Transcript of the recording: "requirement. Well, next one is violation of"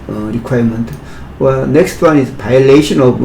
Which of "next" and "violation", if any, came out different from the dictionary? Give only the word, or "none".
violation